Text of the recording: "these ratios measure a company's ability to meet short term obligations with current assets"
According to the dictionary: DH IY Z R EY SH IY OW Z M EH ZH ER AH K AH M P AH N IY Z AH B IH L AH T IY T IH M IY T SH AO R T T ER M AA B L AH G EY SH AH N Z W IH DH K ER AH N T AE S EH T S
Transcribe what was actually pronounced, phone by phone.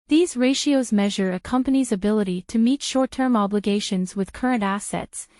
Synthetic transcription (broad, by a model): DH IY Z R EY SH IY OW Z M EH ZH ER AH K AH M P AH N IY Z AH B IH L AH T IY T IH M IY T SH AO R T T ER M AA B L AH G EY SH AH N Z W IH DH K ER AH N T AE S EH T S